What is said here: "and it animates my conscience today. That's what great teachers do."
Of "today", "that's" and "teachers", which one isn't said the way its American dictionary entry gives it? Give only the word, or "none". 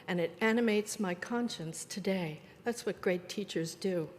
none